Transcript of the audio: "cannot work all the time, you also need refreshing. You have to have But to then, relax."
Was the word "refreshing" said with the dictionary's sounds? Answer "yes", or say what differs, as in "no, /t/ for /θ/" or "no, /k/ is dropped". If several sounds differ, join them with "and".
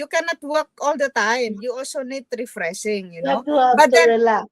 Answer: no, /s/ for /ʃ/